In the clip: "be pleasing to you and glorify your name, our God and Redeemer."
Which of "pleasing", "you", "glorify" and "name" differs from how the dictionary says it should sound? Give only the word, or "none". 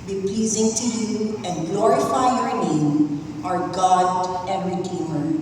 none